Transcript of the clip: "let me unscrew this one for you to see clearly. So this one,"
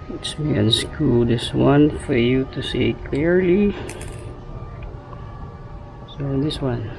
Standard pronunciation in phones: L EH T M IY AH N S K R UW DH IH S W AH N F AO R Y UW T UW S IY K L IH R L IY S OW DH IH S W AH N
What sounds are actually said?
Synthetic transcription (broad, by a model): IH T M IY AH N S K UW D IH S W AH N F AO R Y UW T UW S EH K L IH R L IY S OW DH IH S W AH N